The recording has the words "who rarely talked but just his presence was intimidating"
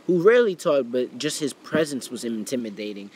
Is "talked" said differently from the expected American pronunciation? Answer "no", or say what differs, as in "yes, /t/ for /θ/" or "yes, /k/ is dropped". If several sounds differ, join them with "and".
yes, /k/ is dropped